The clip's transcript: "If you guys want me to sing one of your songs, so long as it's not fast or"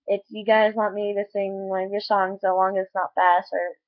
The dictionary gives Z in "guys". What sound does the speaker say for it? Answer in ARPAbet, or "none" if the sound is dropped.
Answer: Z